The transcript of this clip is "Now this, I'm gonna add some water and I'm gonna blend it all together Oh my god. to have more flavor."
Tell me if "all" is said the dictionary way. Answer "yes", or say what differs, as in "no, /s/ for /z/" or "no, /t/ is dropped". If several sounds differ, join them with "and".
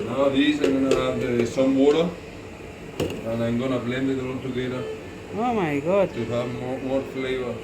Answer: no, /n/ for /l/